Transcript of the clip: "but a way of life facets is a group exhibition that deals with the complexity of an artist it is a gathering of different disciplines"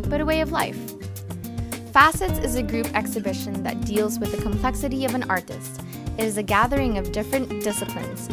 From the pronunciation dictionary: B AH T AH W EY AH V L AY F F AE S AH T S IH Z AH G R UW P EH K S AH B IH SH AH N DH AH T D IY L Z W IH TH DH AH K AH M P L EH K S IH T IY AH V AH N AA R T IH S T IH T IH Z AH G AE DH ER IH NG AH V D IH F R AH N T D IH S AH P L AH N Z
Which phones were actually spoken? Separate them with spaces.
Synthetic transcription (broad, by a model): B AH T AH W EY AH V L AY F F AE S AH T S IH Z AH G R UW P EH K S AH B IH SH AH N DH AH T D IY L Z W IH DH AH K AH M P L EH K S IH T IY AH V AH N AA R T IH S T IH T IH Z AH G AE DH ER IH NG AH V D IH F R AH N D IH S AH P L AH N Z